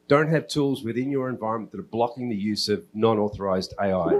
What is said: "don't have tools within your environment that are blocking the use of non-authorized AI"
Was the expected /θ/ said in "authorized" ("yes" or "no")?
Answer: yes